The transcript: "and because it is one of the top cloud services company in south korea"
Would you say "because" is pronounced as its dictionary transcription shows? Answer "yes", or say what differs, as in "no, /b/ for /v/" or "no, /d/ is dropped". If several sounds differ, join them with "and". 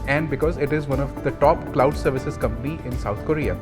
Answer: yes